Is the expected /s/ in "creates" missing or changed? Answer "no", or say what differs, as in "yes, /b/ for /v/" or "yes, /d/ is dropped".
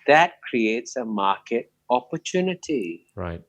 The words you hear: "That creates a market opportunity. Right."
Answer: no